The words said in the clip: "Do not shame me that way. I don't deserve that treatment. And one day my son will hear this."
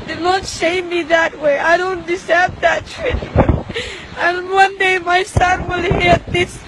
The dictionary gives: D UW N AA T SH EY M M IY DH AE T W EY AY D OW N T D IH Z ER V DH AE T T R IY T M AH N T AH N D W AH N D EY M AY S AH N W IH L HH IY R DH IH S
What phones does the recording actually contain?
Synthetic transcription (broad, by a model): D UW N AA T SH EY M M IY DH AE T W EY AY D OW N T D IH S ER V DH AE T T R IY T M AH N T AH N W AH N D EY M AY S AH N W IH L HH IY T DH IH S